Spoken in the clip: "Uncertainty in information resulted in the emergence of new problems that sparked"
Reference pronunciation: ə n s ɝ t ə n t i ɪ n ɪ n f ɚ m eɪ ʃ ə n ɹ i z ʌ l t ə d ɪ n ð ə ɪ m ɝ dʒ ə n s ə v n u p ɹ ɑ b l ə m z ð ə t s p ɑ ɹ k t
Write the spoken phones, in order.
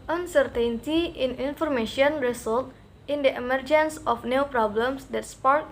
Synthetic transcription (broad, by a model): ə n s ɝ t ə n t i ɪ n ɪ n f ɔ m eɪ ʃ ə n ɹ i s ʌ l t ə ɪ n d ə ɪ m ɝ dʒ ə n s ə f n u p ɹ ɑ b l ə m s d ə t s p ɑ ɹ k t